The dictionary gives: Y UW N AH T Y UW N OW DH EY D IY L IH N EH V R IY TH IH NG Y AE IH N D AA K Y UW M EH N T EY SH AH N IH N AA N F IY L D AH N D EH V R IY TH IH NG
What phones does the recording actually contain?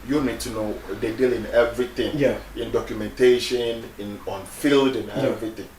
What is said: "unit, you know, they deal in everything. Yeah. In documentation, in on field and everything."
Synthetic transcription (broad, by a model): Y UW N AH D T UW N OW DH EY D IY L IH N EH V R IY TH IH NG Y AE IH N D AA K Y UW M EH N T EY SH AH N IH N AA N F IY L D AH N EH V R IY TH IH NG